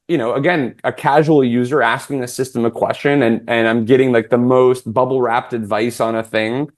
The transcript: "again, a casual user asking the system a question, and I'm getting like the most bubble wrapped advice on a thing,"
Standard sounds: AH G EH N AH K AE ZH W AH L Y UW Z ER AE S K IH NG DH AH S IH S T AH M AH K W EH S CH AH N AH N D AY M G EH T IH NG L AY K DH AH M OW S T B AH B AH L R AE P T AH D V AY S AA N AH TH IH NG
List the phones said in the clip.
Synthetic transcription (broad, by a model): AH G EH N AH K AE ZH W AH L Y UW Z ER AE S K IH NG DH AH S IH S T AH M AH K W EH S CH AH N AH N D AY M G EH T IH NG L AY K DH AH M OW S T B AH B L R AE P T AH D V AY S N AH TH IH NG